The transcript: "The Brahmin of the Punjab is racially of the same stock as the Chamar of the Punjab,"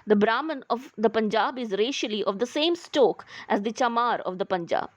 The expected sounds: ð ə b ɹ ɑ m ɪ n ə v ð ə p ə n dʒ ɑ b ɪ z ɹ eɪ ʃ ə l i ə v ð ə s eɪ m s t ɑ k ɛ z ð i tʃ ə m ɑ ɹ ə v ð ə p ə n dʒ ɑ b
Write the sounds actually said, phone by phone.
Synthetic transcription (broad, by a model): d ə b ɹ ɑ m ɪ n ə v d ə p ə n dʒ ɑ b ɪ z ɹ eɪ ʃ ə l i ə v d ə s eɪ m s t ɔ k ɛ z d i tʃ ə m ɑ ɹ ə v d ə p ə n dʒ ɑ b